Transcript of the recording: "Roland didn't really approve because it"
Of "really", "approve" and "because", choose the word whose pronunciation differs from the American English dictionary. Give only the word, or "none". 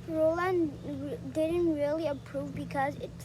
none